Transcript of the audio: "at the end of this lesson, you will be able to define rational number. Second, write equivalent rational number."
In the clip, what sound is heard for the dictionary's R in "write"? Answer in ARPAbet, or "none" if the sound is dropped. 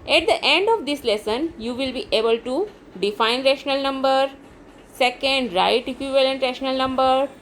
R